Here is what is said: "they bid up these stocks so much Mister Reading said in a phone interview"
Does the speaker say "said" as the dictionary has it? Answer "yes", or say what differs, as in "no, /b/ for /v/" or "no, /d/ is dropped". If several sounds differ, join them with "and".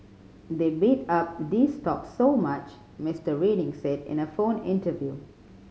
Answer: yes